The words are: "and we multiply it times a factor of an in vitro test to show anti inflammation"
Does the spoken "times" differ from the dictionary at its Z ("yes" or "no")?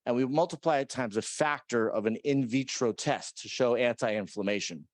no